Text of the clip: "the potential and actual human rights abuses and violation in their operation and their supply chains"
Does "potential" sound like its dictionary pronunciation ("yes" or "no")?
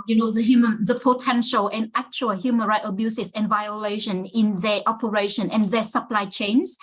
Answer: yes